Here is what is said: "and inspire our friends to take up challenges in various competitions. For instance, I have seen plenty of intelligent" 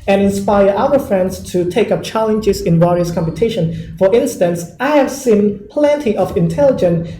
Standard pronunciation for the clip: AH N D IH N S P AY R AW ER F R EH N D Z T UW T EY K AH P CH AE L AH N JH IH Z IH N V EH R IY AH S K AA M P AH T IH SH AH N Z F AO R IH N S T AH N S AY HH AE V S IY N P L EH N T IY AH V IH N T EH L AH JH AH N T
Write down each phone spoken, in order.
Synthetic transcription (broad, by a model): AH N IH N S P AY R AW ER F R EH N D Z T UW T EY K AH P CH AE L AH N JH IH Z IH N W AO R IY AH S K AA M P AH T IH SH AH N F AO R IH N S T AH N S AY HH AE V S IY N P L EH N T IY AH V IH N T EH L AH JH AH N